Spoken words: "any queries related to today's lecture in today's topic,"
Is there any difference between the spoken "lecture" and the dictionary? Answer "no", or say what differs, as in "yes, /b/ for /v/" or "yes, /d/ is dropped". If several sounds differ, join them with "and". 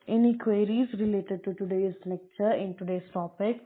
yes, /n/ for /l/